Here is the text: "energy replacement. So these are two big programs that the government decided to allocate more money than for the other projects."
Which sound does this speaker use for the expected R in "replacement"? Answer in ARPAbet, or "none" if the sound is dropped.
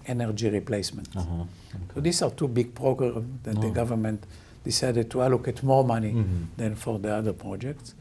R